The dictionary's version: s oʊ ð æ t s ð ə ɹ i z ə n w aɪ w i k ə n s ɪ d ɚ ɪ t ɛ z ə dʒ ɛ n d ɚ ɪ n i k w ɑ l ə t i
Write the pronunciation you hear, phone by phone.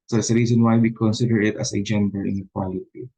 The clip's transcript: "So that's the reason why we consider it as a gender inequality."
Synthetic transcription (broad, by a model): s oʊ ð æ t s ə ɹ i s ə n w aɪ w i k ə n s ɪ d ɚ ɪ t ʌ s ə dʒ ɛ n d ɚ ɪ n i k w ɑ l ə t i